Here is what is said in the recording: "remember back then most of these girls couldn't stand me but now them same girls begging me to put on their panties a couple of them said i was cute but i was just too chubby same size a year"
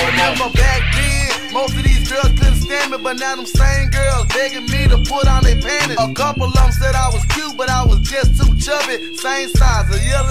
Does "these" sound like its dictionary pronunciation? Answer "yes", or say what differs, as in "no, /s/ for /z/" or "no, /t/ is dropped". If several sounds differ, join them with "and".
yes